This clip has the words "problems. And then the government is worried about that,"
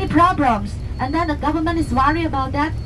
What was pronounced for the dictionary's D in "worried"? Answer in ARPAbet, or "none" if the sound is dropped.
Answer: none